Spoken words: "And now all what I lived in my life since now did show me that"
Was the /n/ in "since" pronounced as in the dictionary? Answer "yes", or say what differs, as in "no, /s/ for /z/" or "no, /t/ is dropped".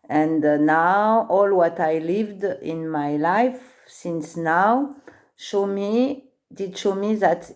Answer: yes